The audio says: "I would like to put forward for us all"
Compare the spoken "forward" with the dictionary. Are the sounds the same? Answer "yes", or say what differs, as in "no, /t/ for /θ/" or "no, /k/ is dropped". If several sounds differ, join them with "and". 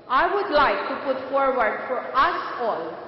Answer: yes